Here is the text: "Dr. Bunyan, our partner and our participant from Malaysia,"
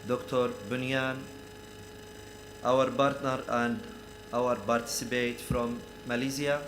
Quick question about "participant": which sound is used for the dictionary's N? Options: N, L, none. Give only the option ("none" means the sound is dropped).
none